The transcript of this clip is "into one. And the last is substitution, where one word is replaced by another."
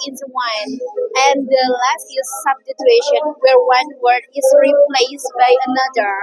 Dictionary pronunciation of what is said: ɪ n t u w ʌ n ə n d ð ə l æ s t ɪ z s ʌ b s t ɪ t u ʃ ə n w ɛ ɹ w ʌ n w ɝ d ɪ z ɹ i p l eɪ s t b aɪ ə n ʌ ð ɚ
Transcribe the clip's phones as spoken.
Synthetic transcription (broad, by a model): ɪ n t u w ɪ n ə n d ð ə l æ s t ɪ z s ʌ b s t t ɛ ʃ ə n w ɛ ɹ w ʌ n w ɝ d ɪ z ɹ i p l eɪ s t b aɪ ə n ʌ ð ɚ